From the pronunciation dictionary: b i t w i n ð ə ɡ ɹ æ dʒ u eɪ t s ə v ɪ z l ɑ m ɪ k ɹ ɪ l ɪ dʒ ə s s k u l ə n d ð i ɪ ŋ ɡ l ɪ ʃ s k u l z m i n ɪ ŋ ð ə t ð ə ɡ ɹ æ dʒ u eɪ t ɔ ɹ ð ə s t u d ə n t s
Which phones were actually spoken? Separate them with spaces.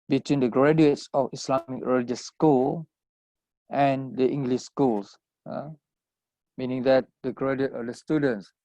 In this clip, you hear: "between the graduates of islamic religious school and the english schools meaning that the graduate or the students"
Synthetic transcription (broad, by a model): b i t w i n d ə ɡ ɹ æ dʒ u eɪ t s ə f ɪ s l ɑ m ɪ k ɹ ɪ l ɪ dʒ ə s s k u l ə n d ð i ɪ ŋ ɡ l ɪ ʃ s k u l s m i n ɪ ŋ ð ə t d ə ɡ ɹ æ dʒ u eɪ t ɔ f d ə s t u d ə n t s